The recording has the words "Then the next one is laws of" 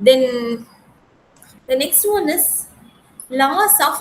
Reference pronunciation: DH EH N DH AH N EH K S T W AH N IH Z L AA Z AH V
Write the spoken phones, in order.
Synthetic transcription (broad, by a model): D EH N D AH N EH K S T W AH N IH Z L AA S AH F